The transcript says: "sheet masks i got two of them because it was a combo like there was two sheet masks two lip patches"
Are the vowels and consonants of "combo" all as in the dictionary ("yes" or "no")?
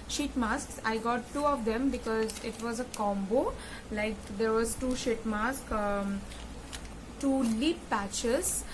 yes